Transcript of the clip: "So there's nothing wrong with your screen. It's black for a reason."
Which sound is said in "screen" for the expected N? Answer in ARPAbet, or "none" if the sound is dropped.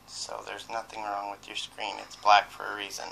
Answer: N